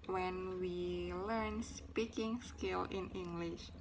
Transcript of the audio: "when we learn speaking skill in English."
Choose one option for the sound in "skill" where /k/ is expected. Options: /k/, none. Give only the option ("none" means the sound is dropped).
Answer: /k/